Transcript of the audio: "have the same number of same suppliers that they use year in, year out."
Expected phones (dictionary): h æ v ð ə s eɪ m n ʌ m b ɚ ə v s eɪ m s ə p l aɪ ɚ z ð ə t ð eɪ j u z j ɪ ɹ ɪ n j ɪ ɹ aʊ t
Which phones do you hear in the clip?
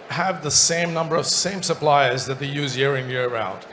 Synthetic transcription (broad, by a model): h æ v ð ə s eɪ m n ʌ m b ɚ ə v s eɪ m s ə p l aɪ ɚ z ð ə t ð eɪ j u z j ɪ ɹ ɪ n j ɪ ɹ aʊ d